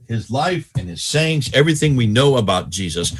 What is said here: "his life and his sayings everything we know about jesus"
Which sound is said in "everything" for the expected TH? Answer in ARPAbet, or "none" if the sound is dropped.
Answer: TH